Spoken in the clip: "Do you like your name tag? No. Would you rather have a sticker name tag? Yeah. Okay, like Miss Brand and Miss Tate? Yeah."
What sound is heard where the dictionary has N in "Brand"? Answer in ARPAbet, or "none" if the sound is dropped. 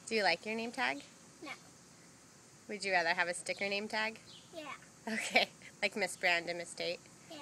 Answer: N